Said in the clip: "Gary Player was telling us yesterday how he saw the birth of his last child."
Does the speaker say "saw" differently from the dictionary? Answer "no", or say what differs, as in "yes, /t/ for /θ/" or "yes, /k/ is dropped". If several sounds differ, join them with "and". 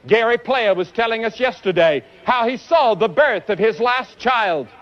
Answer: no